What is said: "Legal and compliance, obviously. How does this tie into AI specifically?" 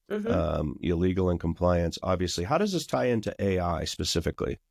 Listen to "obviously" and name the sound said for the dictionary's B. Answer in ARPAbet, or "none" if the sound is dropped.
B